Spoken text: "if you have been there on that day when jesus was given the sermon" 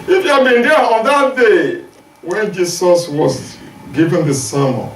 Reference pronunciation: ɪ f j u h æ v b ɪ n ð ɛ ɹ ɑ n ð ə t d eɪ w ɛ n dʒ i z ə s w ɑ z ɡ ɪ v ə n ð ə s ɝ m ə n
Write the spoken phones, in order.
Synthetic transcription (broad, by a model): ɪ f j u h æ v b ɪ n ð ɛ ɑ n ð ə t d eɪ w ɛ n dʒ i s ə s w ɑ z ɡ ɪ v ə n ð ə s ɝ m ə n